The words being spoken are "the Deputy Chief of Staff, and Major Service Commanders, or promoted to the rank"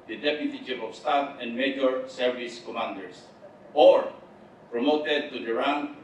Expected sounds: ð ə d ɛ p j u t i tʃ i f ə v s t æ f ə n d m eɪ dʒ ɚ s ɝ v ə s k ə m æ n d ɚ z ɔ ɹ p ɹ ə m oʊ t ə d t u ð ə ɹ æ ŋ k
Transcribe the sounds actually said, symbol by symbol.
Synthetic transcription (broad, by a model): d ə d ɛ p j u t i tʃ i p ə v s t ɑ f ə n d m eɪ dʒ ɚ s ɝ v ə s k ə m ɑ n d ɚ s ɔ ɹ p ɹ ə m oʊ t ə d t u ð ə ɹ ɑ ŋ